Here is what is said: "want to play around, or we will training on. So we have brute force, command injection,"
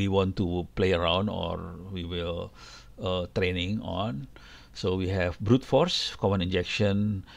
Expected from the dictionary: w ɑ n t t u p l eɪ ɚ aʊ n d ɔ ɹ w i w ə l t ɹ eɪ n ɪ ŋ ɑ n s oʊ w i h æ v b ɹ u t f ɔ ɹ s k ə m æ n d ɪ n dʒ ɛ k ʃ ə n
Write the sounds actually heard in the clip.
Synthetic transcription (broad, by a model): w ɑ n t t u p l eɪ ɚ aʊ n d ɔ ɹ w i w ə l t ɹ eɪ n ɪ ŋ ɑ n s oʊ w i h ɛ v b ɹ u t f ɔ ɹ s k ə m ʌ n ɪ n dʒ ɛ k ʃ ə n